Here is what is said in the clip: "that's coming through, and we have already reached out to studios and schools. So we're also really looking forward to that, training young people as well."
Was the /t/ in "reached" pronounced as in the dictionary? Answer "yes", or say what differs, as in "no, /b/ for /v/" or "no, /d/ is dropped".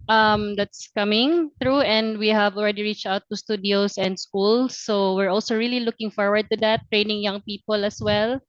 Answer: yes